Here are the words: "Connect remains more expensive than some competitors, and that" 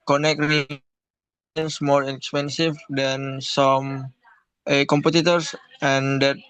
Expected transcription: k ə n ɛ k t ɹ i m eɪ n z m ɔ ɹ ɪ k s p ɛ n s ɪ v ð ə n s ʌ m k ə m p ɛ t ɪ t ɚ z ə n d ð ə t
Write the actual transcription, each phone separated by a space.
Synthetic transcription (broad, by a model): k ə n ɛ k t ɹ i eɪ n s m ɔ ɹ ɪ k s p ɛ n s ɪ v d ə n s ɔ m k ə m p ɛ t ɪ t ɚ s ə n d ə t